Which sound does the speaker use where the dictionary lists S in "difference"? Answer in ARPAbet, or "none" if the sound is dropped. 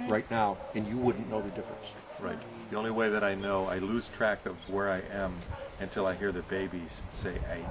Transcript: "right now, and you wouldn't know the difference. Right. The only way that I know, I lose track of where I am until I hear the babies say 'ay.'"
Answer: S